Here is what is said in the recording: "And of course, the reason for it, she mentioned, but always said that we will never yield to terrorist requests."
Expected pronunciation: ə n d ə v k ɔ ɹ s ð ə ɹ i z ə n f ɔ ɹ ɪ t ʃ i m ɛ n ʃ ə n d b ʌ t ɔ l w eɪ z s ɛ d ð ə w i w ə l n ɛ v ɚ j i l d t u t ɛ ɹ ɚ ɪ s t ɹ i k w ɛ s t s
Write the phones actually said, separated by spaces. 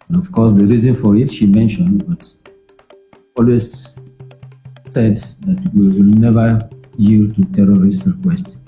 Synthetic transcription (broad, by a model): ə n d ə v k ɔ s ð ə ɹ i z ə n f ɔ ɹ ɪ t ʃ i m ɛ n ʃ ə n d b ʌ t ɔ l w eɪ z s ɛ d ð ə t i w ə l n ɛ v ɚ j i l d t u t ɛ ɹ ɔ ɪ s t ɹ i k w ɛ s t